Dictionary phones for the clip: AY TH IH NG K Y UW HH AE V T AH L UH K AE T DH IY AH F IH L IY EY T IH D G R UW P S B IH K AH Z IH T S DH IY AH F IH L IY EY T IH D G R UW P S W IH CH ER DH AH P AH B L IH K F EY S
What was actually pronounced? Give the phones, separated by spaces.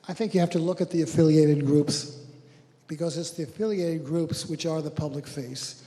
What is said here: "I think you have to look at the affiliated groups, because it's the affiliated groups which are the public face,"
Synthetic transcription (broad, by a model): AY TH IH NG K Y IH HH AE F T AH L UH K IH T DH IY AH F IH L IY EY T IH D G R UW P S B IH K AH Z IH T S DH IY AH F IH L IY EY T IH D G R UW P S W IH CH ER DH AH P AH B L IH K F EY S